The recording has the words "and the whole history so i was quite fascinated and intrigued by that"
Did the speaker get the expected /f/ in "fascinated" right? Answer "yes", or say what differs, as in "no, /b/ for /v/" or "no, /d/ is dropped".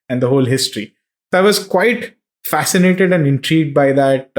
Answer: yes